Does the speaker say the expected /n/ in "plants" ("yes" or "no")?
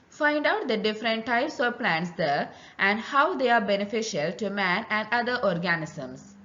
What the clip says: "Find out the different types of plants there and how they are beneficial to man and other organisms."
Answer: yes